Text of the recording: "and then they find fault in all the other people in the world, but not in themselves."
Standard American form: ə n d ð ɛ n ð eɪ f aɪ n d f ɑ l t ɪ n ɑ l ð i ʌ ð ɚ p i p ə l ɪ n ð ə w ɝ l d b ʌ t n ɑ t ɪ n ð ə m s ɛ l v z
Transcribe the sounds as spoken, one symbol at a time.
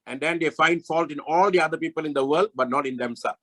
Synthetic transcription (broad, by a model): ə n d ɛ n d eɪ f aɪ n d f ɑ l t ɪ n ɑ l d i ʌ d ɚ p i p ə l ɪ n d ə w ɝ l d b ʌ t n ɑ t ɪ n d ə m s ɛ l